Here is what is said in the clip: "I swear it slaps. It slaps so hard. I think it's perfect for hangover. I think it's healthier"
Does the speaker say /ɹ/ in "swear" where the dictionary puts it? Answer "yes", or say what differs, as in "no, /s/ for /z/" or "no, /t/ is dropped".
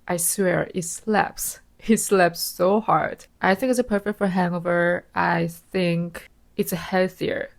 yes